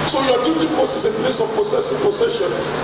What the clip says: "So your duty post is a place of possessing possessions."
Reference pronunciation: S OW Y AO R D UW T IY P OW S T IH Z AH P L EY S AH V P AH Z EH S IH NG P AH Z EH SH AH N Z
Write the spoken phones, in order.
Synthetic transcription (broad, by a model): S OW Y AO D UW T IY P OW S IH S AH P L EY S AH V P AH S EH S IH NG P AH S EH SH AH N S